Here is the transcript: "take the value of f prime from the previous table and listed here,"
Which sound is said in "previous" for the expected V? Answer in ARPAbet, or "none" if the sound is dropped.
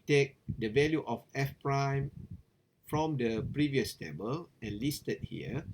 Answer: V